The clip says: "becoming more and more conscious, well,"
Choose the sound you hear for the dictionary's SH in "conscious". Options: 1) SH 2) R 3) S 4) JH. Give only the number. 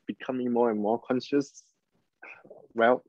1